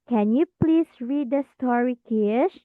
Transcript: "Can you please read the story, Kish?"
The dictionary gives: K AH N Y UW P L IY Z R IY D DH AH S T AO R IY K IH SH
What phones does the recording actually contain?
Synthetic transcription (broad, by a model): K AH N Y UW P L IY S R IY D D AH S T AO R IY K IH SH